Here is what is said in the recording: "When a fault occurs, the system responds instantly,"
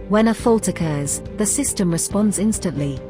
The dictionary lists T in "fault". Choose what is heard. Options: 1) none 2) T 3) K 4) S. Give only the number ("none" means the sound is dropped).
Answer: 2